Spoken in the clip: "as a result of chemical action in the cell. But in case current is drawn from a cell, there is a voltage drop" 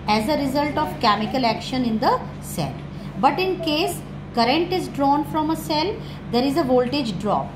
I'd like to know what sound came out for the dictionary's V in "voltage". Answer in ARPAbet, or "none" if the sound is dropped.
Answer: V